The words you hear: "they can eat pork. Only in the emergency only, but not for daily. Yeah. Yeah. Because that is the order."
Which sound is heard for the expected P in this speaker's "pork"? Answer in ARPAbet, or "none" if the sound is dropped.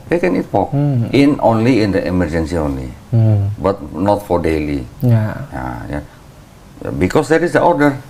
F